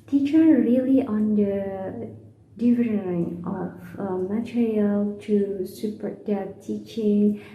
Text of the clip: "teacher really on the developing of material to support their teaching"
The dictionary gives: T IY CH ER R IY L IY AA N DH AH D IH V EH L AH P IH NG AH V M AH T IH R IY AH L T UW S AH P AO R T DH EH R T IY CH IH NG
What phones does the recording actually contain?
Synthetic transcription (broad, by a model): T IY CH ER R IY L IY AA N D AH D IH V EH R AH IH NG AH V M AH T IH R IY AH L T UW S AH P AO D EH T IY CH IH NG